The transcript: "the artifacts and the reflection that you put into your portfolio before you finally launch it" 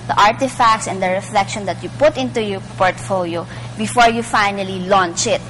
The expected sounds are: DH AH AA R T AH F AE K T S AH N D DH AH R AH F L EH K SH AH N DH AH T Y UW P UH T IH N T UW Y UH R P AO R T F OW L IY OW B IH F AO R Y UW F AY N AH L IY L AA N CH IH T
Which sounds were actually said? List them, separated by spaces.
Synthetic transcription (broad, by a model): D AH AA R T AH F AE K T S AH N D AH R AH F L EH K SH AH N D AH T Y UW P UH T IH N T UW Y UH P AO R T F OW L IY OW B IH F AO R Y UW F AY N AH L IY L AA N CH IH T